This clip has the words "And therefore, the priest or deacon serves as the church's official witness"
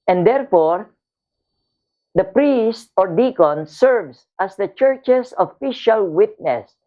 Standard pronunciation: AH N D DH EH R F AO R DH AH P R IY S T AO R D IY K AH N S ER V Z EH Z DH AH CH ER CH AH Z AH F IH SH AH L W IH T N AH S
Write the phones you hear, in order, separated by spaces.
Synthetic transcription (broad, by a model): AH N D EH R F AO R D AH P R IY S T AO R D IY K AH N S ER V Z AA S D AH CH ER CH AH S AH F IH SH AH L W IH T N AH S